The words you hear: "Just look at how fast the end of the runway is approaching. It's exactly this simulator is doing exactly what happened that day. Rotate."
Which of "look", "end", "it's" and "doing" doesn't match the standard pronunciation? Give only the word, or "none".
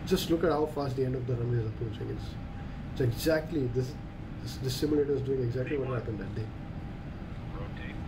it's